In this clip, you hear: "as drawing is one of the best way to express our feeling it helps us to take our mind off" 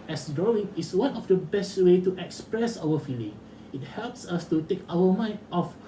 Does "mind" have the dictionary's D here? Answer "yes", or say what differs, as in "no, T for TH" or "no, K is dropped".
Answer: no, D is dropped